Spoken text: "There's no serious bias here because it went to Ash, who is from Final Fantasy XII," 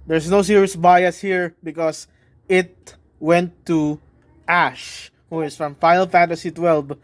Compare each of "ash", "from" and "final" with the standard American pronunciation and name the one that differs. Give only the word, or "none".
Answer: final